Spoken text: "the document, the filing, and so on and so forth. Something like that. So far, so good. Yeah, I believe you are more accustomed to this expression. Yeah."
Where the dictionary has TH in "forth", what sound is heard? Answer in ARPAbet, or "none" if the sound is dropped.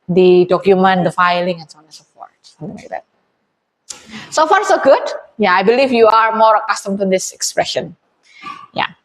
T